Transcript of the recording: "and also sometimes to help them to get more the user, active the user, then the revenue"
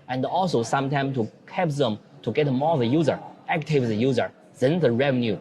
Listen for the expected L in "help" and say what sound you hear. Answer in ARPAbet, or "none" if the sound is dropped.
none